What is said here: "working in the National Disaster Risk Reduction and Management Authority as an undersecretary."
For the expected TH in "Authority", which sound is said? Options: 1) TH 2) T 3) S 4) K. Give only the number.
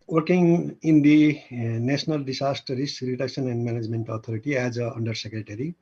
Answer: 2